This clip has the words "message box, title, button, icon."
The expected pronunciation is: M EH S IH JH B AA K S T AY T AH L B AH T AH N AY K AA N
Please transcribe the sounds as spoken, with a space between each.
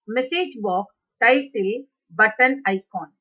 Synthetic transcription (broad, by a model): M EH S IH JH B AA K T AY T AH L B AH T AH N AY K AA N